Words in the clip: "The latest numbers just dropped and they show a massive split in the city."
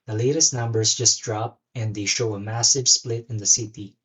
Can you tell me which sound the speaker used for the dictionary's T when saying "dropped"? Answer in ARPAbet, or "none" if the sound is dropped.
none